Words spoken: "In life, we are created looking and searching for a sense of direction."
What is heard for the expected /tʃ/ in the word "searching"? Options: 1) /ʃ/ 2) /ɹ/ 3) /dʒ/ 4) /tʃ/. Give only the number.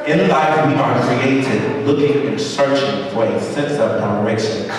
4